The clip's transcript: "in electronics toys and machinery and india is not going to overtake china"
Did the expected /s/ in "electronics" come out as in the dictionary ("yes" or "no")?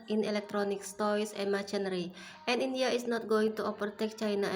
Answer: yes